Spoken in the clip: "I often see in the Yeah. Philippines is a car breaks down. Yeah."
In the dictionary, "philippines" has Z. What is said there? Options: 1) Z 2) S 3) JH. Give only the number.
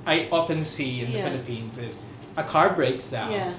1